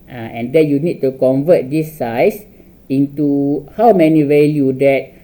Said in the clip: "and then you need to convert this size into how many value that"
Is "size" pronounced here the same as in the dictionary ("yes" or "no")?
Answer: no